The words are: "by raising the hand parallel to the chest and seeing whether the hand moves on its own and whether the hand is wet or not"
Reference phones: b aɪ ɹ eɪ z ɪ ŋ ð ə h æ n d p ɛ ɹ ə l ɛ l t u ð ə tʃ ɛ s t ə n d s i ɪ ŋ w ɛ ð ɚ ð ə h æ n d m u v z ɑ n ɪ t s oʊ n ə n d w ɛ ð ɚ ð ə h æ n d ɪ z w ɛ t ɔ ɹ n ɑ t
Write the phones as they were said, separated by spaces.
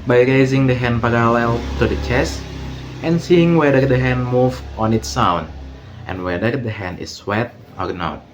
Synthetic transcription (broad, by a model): b aɪ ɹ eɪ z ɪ ŋ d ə h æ n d p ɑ ɹ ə l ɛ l t u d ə tʃ ɛ s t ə n s i ɪ ŋ w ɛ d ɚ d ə h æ n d m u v ɑ n ɪ t s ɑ n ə n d w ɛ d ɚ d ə h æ n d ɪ s w ɛ t ɔ ɹ n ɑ t